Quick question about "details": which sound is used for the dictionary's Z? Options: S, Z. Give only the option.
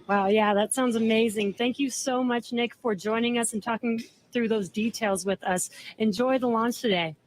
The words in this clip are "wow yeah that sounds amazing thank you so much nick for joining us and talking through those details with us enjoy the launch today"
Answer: Z